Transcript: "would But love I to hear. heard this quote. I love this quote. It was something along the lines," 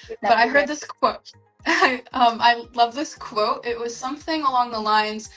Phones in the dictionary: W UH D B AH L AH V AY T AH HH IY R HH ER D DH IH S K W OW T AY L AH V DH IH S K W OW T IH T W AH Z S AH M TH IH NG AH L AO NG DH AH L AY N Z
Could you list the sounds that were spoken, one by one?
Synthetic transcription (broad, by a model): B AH AH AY T AH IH HH ER D DH IH S K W OW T AY L AH V DH IH S K W OW T IH T W AH Z S AH M TH IH NG AH L AO NG DH AH L AY N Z